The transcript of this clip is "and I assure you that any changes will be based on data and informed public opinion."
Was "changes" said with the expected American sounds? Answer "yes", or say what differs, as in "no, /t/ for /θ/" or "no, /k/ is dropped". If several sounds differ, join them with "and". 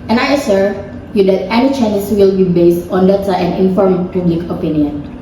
no, /dʒ/ is dropped and /s/ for /z/